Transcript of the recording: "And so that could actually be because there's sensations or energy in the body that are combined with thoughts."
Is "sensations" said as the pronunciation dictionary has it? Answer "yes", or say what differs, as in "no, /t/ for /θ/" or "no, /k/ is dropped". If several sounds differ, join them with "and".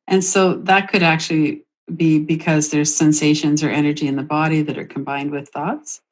yes